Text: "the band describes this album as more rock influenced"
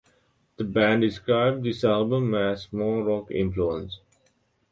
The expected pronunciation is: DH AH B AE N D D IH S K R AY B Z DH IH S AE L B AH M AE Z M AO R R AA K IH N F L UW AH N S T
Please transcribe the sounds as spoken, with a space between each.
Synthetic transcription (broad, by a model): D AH B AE N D D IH S K R AY B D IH S AE L B AH M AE S M AO L R AA K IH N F L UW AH N S